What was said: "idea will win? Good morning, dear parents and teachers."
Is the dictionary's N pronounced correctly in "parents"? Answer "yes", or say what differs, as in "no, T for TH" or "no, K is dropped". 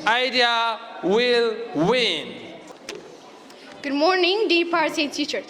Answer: no, N is dropped